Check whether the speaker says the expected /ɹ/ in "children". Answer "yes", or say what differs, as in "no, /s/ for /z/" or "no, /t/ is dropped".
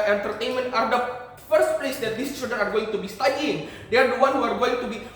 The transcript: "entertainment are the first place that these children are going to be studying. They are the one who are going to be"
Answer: no, /ɹ/ is dropped